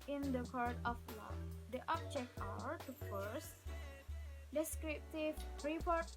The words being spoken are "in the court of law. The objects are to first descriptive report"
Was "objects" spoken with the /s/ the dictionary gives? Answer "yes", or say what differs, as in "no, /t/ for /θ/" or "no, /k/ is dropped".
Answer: no, /s/ is dropped